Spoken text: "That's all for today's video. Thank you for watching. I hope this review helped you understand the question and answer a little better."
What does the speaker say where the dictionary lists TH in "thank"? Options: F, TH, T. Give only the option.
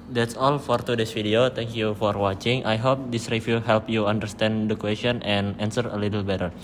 T